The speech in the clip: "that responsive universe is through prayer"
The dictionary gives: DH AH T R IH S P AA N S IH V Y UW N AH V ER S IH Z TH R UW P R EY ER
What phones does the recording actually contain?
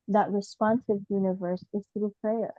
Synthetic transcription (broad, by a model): DH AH T R IH S P AA N S IH V Y UW N AH V ER S IH Z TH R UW P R EY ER